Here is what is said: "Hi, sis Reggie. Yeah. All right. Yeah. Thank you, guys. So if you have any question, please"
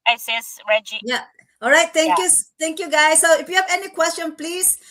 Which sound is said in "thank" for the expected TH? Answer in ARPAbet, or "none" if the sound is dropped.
T